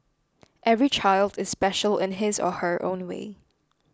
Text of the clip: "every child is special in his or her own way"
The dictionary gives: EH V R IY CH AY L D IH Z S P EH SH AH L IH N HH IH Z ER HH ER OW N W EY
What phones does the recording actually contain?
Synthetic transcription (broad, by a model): EH V R IY CH AY L D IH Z S P EH SH AH L IH N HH IH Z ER HH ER OW N W EY